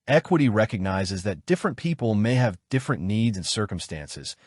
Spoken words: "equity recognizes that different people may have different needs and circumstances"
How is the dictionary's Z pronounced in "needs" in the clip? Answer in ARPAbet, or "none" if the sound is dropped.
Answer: Z